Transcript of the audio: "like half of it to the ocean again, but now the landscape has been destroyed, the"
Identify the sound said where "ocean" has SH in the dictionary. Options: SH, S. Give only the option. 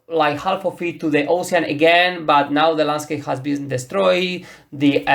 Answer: S